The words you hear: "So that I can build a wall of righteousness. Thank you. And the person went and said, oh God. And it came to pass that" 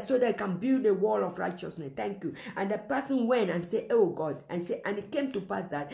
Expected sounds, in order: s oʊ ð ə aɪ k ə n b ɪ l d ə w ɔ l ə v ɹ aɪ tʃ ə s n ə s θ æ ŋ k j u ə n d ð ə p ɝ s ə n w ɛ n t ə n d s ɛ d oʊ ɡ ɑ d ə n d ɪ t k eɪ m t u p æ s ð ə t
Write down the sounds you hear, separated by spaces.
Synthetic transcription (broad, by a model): s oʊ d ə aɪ k ə n b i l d ə w ɔ l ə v ɹ aɪ tʃ ə s n ə s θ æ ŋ k j u ə n d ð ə p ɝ s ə n w ɛ n t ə n s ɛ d oʊ ɡ ɑ d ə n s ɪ t k eɪ m t u p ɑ s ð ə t